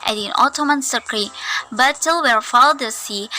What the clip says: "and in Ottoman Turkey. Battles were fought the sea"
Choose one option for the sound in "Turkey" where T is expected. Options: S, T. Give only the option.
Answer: S